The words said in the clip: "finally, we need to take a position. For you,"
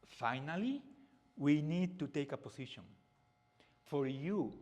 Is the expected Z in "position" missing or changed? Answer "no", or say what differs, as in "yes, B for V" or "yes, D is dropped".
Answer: yes, S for Z